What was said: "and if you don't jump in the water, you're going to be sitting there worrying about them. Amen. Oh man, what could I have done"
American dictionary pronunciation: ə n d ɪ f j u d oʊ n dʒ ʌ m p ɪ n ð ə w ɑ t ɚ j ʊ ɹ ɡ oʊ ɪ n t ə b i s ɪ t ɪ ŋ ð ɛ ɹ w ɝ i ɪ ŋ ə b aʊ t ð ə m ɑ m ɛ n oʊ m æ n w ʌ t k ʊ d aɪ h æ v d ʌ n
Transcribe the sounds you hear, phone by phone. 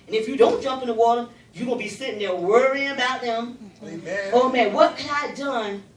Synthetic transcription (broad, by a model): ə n ɪ f j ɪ d oʊ n dʒ ʌ m p ɪ n ð ə w ɑ t ɚ j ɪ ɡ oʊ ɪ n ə b i s ɪ t ɪ ŋ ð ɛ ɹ w ɝ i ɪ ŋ ə b aʊ t ð ə m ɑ ʊ m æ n w ʌ t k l aɪ d ʌ n